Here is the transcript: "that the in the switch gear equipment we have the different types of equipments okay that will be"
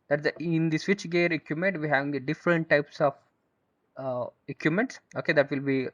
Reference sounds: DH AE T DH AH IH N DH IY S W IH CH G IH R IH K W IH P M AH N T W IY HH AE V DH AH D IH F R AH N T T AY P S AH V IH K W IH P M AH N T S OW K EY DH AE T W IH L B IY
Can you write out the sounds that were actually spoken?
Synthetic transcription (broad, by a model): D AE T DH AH IH N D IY S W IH CH G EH R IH K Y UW M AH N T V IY HH AE V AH D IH F R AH N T T AY P S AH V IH K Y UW M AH N T S OW K EY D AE T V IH L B IY